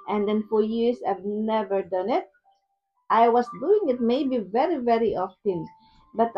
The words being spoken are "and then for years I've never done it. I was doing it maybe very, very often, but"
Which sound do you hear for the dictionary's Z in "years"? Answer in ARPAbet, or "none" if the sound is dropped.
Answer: S